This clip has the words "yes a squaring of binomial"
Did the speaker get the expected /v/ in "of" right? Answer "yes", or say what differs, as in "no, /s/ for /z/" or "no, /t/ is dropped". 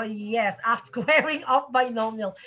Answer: no, /p/ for /v/